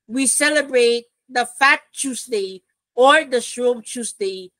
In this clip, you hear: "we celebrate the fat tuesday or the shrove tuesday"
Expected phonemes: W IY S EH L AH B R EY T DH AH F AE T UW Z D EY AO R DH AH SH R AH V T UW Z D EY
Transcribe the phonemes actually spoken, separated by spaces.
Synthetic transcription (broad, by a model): W IY S EH L AH B R EY T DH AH F AE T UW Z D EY AO R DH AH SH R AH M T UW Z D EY